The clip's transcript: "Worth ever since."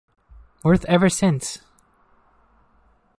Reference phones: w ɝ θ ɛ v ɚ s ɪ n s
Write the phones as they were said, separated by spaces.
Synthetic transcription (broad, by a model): w ɝ θ ɛ v ɚ s ɪ n s